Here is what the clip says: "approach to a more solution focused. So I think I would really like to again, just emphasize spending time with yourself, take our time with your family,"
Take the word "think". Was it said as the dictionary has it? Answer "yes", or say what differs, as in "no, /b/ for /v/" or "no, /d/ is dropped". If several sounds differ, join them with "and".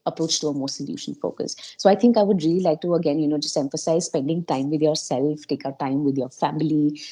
no, /t/ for /θ/